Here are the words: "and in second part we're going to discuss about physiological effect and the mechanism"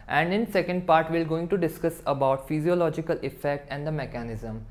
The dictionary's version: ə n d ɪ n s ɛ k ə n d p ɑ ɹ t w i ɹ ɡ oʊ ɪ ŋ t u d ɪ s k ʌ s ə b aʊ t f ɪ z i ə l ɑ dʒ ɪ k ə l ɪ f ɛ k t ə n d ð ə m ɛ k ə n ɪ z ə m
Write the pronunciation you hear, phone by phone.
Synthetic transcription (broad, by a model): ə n d ɪ n s ɛ k ə n d p ɑ ɹ t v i l ɡ oʊ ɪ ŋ t u d ɪ s k ʌ s ə b aʊ t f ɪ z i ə l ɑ dʒ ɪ k ə l ɪ f ɛ k t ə n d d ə m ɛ k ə n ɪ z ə m